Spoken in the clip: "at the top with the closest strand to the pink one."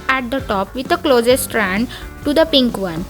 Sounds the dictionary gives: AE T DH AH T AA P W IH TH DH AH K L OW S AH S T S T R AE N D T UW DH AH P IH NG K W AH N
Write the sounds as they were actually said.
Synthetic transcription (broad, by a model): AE T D AH T AA P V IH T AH K L OW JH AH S S T R AE N D T UW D AH P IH NG K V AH N